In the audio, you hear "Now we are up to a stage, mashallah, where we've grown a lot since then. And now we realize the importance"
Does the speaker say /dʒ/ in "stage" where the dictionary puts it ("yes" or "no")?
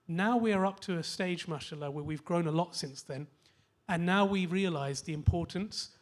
yes